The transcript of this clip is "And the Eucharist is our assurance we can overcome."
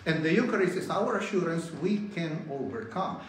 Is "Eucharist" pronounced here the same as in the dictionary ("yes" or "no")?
no